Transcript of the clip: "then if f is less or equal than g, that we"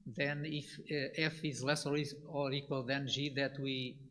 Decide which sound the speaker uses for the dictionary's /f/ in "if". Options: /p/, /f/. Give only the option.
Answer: /f/